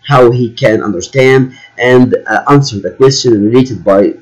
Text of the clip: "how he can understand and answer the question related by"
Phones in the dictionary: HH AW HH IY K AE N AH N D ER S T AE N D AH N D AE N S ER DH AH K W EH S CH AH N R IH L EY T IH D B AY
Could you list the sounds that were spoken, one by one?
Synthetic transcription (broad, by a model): HH AW HH IY K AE N AH N D ER S T AE N D AH N D AE N S ER DH AH K W EH S CH AH N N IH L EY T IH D B AY